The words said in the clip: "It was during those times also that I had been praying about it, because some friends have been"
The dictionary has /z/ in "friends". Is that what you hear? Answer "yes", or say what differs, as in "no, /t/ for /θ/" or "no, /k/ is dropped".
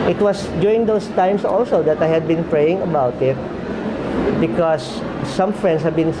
no, /s/ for /z/